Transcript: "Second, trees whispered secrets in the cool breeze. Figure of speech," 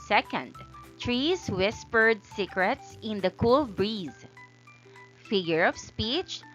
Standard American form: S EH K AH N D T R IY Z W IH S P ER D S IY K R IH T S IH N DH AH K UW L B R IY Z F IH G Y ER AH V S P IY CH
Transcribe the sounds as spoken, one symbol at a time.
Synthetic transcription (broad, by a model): S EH K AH N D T R IY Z W IH S P ER D S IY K R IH T S IH N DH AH K UW L B R IY Z F IH G Y ER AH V S P IY CH